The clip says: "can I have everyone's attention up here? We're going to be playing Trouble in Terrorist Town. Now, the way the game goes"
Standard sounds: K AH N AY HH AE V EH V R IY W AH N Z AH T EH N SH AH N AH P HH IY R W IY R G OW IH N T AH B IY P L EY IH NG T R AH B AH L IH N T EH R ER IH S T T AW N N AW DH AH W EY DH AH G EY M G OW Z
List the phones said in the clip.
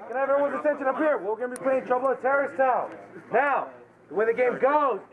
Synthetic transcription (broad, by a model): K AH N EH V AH R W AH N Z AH S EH N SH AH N AH P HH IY R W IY W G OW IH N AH B IY P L EY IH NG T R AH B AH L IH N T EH R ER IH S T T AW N N AW DH AH W EY DH AH G EY M G OW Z